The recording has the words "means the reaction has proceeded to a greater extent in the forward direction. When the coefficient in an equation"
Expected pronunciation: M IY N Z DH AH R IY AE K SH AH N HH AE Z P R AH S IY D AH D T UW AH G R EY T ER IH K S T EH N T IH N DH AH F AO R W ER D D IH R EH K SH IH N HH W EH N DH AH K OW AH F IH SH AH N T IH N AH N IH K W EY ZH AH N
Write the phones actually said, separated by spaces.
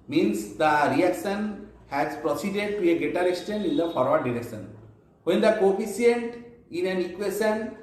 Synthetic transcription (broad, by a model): M IY N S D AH R IY AE K SH AH N HH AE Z P R AH S IY D AH D T UW AH G EY T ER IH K S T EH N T IH N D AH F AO R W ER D D IH R EH K SH IH N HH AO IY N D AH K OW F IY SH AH N T IH N AH N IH K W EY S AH N